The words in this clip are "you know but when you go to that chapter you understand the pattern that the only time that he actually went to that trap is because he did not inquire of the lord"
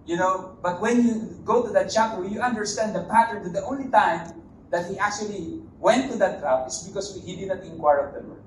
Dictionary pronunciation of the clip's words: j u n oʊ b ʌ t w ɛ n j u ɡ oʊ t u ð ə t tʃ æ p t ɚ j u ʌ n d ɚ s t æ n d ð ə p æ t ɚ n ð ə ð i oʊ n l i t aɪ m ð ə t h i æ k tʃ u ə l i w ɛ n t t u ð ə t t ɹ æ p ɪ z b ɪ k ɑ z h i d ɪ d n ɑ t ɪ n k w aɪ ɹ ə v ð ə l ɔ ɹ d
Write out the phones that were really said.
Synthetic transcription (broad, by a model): j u n oʊ b ʌ t w ɛ n j u ɡ oʊ t u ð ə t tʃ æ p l j u ʌ n d ɚ s t æ n d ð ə p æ t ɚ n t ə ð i oʊ n l i t aɪ m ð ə t h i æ k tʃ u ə l i w ɛ n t t u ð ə t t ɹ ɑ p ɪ s b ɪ k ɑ s h i d ɪ d n ɑ t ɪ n k w aɪ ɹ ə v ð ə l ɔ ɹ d